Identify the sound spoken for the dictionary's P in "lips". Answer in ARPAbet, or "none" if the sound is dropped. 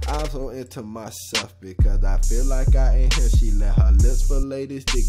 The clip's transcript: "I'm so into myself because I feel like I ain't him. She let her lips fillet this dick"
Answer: none